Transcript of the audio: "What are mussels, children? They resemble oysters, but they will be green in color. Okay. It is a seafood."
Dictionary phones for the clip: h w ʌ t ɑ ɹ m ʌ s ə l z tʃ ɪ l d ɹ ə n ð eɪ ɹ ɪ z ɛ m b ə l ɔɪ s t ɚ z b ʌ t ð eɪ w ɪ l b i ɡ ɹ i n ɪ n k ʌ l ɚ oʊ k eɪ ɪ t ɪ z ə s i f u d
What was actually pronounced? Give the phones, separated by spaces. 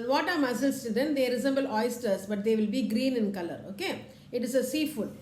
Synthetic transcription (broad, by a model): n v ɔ t ɑ ɹ m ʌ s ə l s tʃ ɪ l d ə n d eɪ ɹ ɪ z ɛ m b ə l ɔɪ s t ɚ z b ʌ t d eɪ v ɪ l b i ɡ ɹ i n ɪ n k ʌ l ɚ oʊ k eɪ ɪ t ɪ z ə s i f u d